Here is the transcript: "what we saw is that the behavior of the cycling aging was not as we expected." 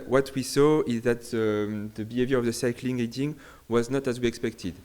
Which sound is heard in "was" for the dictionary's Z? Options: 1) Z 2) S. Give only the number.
1